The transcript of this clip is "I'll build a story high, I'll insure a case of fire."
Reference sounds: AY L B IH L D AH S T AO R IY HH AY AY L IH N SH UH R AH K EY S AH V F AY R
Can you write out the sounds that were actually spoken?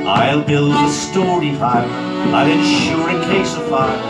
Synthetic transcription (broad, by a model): AY L B IH L D AH S T AO R IY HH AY AY L IH N SH UH R AH K EY S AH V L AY